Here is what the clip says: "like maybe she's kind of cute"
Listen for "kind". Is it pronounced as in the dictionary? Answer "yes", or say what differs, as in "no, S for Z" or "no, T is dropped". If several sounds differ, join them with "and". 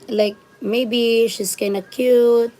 no, D is dropped